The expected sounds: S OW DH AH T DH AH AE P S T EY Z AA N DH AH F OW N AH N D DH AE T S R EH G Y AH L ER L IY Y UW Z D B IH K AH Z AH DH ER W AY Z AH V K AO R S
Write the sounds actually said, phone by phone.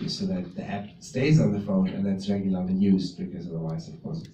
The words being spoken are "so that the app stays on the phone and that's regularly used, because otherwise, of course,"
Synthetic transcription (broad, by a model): S OW DH AH T DH AH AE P S T EY Z N DH AH F OW N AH N DH AE T S R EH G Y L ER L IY Y UW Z B IH K AH Z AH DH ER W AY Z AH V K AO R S